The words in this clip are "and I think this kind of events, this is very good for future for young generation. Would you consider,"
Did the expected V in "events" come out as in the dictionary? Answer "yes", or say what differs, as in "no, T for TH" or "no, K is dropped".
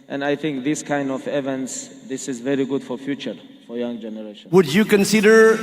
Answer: yes